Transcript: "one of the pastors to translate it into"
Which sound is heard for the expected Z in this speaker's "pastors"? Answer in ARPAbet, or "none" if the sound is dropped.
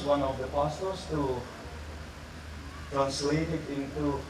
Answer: S